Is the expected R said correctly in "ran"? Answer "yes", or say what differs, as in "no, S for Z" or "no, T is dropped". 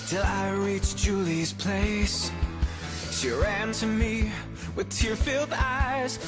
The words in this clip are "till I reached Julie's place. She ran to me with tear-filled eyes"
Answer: yes